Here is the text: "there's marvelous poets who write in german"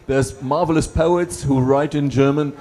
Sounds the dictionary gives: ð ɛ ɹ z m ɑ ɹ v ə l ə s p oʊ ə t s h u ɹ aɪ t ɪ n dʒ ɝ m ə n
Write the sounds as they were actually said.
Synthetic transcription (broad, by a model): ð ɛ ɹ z m ɑ ɹ v ə l ə s p oʊ ə t s h u ɹ aɪ t ɪ n dʒ ɝ m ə n